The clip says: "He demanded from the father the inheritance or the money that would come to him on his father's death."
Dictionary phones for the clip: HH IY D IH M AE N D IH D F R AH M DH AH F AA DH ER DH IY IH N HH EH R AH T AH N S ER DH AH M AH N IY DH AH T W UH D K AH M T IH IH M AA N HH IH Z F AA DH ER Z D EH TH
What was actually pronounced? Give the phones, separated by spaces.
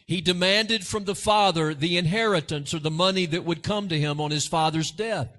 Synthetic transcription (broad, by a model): HH IY D IH M AE N D IH D F R AH M DH AH F AA DH ER DH IY IH N HH EH R AH T AH N S ER DH AH M AH N IY DH AH T W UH D K AH M T IH IH M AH N IH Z F AA DH ER Z D EH TH